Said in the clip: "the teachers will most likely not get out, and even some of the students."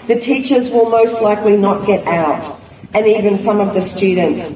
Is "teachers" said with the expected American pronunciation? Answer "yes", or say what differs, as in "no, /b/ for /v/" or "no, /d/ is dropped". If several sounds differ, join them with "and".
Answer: yes